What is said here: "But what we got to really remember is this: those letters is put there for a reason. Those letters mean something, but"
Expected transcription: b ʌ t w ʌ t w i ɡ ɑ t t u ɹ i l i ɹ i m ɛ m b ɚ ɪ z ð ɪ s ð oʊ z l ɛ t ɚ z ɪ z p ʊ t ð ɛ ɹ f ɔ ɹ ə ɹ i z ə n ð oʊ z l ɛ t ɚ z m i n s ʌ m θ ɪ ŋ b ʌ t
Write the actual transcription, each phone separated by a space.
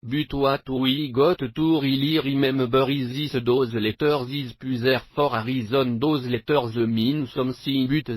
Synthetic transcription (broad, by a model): b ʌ t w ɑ t w i ɡ ɑ t t u ɹ i l i ɹ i m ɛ m b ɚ ɪ z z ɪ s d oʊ z l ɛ t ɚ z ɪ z p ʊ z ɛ ɹ f ɔ ɹ ə ɹ i z ə n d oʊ z l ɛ t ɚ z m i n s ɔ m s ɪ b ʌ t